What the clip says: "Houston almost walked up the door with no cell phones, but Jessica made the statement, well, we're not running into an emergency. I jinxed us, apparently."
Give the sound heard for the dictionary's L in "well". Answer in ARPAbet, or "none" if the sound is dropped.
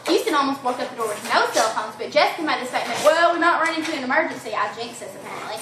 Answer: L